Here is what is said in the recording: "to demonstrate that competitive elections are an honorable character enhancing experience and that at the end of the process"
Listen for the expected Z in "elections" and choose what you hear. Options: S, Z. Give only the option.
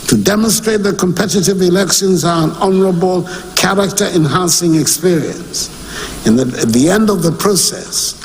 Z